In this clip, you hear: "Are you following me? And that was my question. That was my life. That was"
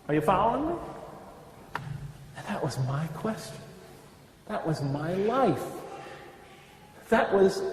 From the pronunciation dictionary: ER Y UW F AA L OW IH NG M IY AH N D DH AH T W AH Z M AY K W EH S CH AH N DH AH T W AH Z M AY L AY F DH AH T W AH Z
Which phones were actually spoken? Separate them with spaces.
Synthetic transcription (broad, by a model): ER Y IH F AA UH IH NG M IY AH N DH AH T W AH Z M AY K W EH S CH AH N DH AH T W AH Z M AY L AY F DH AH T W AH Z